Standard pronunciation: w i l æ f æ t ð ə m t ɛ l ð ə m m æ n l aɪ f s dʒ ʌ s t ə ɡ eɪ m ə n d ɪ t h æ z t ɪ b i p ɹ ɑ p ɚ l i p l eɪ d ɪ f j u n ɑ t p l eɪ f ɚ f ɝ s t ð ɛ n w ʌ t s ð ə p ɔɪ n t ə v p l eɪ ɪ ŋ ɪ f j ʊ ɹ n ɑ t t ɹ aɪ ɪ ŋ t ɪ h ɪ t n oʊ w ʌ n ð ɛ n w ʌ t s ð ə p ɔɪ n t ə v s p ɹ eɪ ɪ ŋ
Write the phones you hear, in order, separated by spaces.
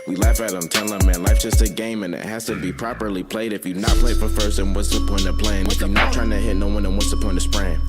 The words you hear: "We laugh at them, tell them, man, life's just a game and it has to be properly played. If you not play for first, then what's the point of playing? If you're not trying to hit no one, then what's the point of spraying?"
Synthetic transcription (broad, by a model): w i l æ f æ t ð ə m t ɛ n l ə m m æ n l aɪ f dʒ ʌ s t ə ɡ eɪ m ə n ɪ t h æ z t ɪ b i p ɹ ɑ p ɚ l i p l eɪ d ɪ f j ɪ n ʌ t p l eɪ f ɚ f ɝ s t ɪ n w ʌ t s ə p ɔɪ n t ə p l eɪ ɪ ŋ ɪ f j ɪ n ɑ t t ɹ aɪ ɪ ŋ t ɪ h ɪ t n oʊ w ʌ n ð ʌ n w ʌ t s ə p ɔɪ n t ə s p ɹ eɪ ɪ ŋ